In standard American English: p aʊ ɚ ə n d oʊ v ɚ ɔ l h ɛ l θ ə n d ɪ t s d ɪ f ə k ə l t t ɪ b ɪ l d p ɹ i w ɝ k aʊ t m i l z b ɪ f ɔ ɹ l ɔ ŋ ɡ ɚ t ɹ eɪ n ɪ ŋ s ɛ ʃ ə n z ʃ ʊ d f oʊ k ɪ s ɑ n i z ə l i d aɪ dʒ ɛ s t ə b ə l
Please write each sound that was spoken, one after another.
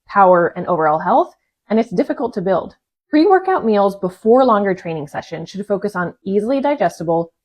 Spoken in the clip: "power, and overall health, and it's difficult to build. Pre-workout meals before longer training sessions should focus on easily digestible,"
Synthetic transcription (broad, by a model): p aʊ ɚ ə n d oʊ v ɚ ɔ l h ɛ l θ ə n ɪ t s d ɪ f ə k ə l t t ɪ b ɪ l d f ɹ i w ɝ k aʊ t m i l z b ɪ f ɔ ɹ l ɔ ŋ ɡ ɚ t ɹ eɪ n ɪ ŋ s ɛ ʃ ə n ʃ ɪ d f oʊ k ɪ s n i z l i d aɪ dʒ ɛ s t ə b l